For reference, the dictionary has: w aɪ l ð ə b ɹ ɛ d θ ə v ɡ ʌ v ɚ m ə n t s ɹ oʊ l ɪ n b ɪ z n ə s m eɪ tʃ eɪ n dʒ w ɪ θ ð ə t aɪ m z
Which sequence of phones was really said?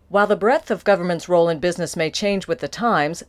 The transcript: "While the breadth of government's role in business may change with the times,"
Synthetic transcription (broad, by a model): w aɪ l ð ə b ɹ ɛ θ ə v ɡ ʌ v ɚ m ə n t s ɹ oʊ l ɪ n b ɪ z n ə s m eɪ tʃ eɪ n dʒ w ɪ ð ə t aɪ m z